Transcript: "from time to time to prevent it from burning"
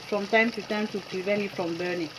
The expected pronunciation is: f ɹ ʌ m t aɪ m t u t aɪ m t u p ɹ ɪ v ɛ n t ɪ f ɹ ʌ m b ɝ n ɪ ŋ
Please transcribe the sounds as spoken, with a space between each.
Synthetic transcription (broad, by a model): f ɹ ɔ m t aɪ m t u t aɪ m t u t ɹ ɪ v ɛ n ɪ f ɹ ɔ m b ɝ n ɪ